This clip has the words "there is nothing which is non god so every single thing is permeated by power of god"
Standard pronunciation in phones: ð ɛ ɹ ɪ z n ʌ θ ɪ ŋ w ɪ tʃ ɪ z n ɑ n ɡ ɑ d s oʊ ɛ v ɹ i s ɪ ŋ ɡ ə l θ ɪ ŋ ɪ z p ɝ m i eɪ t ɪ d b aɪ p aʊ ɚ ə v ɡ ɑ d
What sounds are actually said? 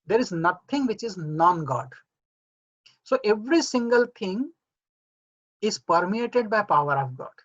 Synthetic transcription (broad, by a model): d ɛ ɹ ɪ z n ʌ t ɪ ŋ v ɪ tʃ ɪ z n ɑ n ɡ ɑ d s oʊ ɛ v ɹ i s ɪ ŋ ɡ ə l t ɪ ŋ ɪ z p ɝ m i eɪ t ɪ d b aɪ p aʊ ɚ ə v ɡ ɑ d